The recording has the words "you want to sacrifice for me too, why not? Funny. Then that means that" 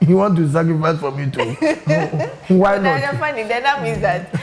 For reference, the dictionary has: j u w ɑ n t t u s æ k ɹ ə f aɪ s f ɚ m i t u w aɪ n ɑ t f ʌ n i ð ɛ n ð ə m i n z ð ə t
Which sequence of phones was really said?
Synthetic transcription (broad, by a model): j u w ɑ n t t u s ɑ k ɹ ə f aɪ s f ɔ m i t u w aɪ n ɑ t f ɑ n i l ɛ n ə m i z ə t